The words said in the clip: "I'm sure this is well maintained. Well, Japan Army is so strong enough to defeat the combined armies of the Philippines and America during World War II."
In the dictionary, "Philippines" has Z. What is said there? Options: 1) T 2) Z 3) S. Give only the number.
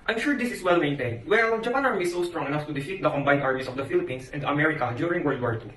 3